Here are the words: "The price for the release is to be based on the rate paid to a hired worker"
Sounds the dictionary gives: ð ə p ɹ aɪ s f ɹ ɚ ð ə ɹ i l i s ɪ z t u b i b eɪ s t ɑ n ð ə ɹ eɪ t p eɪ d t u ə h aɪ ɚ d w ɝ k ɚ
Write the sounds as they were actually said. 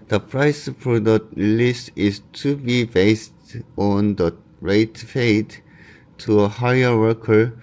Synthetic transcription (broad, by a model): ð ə p ɹ aɪ s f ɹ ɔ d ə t l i s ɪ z t u b i b eɪ s t ɑ n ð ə ɹ eɪ t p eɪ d t u ə h aɪ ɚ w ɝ k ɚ